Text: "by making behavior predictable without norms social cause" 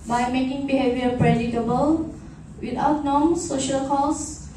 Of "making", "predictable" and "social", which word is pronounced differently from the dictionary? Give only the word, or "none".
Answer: predictable